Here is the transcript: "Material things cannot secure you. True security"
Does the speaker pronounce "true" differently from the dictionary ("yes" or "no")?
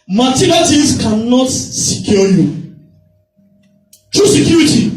no